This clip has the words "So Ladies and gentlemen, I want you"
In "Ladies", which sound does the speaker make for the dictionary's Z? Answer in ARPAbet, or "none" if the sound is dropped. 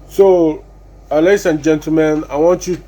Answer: S